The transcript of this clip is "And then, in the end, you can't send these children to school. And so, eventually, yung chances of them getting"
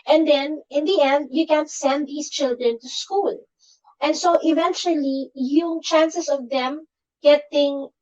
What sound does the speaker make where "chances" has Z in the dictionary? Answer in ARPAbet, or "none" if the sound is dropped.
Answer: S